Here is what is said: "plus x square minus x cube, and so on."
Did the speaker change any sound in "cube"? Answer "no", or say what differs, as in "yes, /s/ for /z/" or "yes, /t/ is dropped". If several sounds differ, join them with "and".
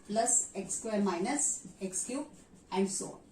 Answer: yes, /b/ is dropped